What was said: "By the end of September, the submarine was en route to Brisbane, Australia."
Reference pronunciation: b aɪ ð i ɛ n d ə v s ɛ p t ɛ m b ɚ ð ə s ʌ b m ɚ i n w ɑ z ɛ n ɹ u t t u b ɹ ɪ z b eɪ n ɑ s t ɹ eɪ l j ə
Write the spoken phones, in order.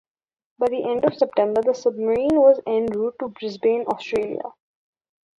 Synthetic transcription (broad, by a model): b aɪ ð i ɛ n d ə v s ɛ p t ɛ m b ɚ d ə s ʌ b m ɚ i n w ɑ z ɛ n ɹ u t t u b ɹ ɪ z b eɪ n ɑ s t ɹ eɪ l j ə